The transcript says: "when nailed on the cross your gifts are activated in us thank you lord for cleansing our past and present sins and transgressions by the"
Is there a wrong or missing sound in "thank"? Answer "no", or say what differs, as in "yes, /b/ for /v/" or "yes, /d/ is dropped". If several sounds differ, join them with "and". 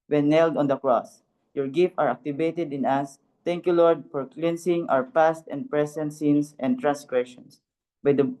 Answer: yes, /t/ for /θ/